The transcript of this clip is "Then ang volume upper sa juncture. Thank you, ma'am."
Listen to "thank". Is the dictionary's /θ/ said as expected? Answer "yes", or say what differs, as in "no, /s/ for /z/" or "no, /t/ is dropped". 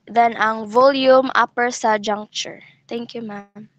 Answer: no, /t/ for /θ/